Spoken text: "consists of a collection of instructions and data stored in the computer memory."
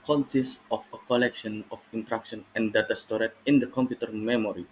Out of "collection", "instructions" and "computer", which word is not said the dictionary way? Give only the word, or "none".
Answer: instructions